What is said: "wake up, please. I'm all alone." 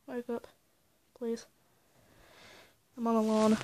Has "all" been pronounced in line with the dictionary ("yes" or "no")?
no